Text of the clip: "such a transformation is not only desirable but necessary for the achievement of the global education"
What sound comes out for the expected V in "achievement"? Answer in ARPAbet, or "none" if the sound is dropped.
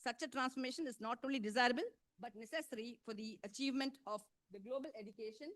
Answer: V